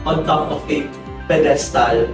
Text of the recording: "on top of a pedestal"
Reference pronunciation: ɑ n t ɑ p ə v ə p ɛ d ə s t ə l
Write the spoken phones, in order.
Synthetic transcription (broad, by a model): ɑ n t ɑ f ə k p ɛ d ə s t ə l